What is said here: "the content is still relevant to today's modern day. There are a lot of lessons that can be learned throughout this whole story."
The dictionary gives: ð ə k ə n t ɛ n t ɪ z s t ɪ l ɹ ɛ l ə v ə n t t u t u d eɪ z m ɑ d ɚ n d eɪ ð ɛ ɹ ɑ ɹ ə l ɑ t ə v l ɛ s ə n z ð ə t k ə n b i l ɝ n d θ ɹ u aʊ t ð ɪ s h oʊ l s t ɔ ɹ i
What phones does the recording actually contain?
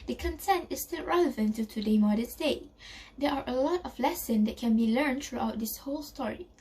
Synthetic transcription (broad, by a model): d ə k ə n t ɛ n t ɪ s t ɪ l ɹ ɛ l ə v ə n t t u t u d eɪ m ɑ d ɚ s d eɪ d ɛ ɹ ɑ ɹ ə l ɑ t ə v l ɛ s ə n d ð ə t k ə n b i l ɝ n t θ ɹ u aʊ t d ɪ s h oʊ l s t ɔ ɹ i